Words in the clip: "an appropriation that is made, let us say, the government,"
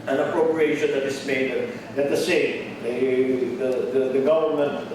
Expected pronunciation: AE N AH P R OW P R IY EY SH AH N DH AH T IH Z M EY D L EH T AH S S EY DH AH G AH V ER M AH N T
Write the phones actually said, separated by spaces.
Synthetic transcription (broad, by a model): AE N AH P R OW P R IY EY SH AH N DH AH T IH S M EY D N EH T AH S S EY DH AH G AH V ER M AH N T